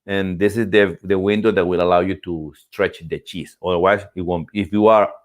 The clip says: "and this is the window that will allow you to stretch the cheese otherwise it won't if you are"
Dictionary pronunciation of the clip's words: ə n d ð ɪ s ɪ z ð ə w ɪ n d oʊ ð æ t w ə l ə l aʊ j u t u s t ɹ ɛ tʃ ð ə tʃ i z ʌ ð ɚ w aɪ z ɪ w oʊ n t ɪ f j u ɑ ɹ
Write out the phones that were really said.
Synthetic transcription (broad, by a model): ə n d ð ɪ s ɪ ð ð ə w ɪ n d oʊ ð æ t w ə l ə l aʊ j u t u s t ɹ ɛ tʃ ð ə tʃ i s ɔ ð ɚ w aɪ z ɪ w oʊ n ɪ f j u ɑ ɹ